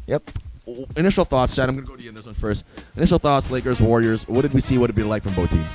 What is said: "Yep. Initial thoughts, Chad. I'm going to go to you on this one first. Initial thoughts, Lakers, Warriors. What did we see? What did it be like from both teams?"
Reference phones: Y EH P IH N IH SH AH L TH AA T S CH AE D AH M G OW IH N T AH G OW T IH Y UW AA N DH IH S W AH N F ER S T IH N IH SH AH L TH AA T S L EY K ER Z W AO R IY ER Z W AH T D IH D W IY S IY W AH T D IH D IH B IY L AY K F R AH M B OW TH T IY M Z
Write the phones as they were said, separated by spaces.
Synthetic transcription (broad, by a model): Y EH P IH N IH SH L TH AA T S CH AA AH M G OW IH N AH G OW T IH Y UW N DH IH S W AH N F ER S T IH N IH SH L TH AA T S L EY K ER Z W AO R IY ER Z W AH T D IH D W IY S IY W AH T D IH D B IY L AY K F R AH M B OW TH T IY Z